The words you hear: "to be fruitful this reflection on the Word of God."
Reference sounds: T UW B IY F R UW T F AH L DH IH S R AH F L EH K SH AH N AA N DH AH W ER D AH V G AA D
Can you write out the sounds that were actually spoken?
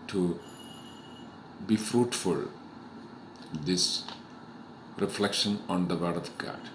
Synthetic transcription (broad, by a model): T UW B IY F R UW T F AH L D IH S R AH F L EH K SH AH N AA N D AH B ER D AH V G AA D